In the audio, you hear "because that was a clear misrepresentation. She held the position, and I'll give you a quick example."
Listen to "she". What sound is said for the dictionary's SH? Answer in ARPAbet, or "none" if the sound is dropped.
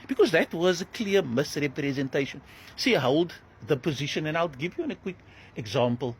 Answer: S